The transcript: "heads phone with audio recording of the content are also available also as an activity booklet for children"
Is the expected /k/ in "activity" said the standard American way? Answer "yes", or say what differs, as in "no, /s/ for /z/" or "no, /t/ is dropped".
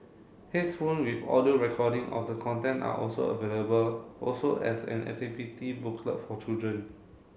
no, /k/ is dropped